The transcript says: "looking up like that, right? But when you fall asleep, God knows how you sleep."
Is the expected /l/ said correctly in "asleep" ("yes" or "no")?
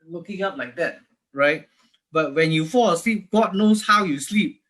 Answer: yes